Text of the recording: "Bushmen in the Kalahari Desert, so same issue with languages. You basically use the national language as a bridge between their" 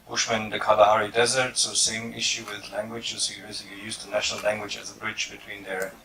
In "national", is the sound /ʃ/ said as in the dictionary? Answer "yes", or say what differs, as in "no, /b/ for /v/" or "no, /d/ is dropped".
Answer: yes